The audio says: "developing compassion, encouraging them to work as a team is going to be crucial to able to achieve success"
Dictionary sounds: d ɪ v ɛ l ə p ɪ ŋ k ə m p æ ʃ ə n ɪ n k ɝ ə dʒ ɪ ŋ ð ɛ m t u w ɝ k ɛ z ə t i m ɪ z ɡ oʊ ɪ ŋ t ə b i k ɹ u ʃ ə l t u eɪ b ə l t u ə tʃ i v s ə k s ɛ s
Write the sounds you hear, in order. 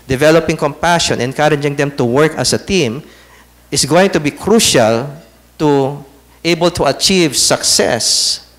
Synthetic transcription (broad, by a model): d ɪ v ɛ l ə p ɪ ŋ k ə m p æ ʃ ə n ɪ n k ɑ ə dʒ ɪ ŋ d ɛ m t u w ɝ k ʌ s ə t i m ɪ s ɡ oʊ ɪ ŋ t ə b i k ɹ u ʃ ə l t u eɪ b ə l t u ə tʃ i v s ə k s ɛ s